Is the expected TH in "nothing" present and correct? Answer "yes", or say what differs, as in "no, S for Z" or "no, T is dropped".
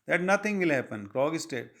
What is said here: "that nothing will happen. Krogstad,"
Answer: no, T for TH